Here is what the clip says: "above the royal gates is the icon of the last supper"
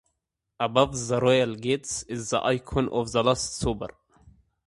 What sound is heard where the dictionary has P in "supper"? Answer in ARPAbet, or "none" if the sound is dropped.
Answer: B